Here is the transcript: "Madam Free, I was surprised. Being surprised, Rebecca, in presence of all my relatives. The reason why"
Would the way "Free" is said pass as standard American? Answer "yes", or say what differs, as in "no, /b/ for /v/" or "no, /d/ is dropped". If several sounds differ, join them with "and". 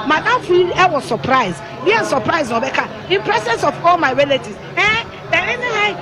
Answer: no, /ɹ/ is dropped